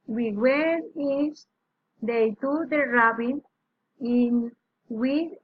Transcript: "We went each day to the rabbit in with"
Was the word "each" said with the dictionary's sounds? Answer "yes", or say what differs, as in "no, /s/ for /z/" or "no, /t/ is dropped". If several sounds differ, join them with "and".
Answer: no, /s/ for /tʃ/